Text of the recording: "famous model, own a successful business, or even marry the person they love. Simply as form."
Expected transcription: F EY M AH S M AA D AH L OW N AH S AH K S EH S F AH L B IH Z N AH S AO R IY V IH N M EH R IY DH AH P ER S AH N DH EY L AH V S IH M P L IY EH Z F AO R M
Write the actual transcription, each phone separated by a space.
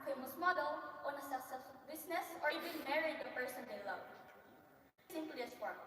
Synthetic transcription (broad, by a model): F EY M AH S M AA D AH L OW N AH S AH S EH F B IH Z N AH S AO R IY V IH N M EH R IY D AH P ER S AH N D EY L AH V S IH M P L IY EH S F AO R